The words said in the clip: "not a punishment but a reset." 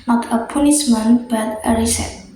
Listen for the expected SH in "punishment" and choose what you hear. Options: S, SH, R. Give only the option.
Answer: S